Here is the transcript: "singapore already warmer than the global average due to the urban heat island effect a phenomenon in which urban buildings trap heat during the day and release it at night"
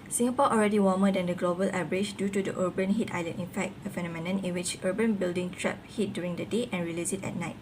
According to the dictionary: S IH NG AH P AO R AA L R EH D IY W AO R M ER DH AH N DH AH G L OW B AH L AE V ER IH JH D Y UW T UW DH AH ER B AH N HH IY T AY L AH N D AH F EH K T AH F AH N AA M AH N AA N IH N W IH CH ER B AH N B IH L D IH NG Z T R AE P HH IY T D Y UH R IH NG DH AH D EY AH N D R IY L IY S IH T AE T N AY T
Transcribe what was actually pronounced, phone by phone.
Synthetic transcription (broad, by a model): S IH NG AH P AO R AA L R EH D IY W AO M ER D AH N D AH G L OW B AH L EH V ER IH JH D Y UW T UW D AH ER B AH N HH IY T AY L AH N AH F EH K T AH F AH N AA M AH N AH N IH N W IH CH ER B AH N B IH L D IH NG T R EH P HH IY T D Y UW R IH NG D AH D EY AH N R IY L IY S IH T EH T N AY T